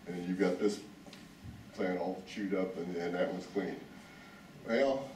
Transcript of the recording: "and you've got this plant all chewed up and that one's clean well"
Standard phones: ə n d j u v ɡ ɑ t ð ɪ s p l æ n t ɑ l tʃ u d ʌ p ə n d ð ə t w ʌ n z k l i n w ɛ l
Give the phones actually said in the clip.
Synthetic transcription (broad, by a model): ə n j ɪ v ɡ ɑ t ð ɪ s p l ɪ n ɑ l tʃ u d ʌ p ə n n ð ə t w ʌ z k l i n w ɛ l